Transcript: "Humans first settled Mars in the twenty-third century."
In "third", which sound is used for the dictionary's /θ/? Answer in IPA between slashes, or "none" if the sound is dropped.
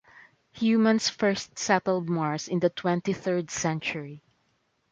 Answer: /θ/